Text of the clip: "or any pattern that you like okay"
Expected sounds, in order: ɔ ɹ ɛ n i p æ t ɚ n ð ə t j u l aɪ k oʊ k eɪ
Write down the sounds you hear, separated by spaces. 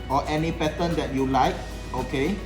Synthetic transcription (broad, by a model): ɔ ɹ ɛ n i p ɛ s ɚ n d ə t j u l aɪ k oʊ k eɪ